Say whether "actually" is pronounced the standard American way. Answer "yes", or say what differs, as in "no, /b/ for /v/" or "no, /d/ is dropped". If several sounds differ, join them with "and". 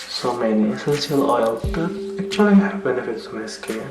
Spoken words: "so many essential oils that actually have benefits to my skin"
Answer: no, /l/ is dropped